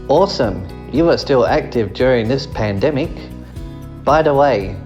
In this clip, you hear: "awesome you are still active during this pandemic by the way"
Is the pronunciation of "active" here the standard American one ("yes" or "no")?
yes